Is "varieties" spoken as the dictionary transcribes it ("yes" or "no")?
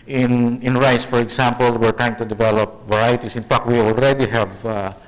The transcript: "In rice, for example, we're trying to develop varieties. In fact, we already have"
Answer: no